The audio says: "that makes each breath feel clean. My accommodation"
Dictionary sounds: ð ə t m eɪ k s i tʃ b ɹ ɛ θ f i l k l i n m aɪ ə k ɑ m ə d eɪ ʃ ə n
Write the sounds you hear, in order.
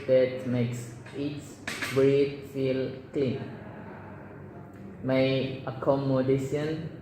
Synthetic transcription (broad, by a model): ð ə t m eɪ k s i s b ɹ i t f i l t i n m aɪ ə k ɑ m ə d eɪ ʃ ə n